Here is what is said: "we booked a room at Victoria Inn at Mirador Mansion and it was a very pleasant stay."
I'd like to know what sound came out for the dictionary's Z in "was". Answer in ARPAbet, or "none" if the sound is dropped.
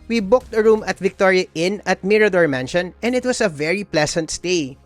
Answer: S